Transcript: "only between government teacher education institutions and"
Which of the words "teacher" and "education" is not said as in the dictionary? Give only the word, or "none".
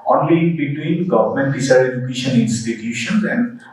teacher